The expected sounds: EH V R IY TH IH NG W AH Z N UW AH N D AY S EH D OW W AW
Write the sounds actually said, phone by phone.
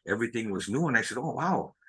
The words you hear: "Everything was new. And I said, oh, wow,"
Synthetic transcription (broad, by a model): EH V R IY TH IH NG W AH Z N UW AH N AY S EH D OW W AW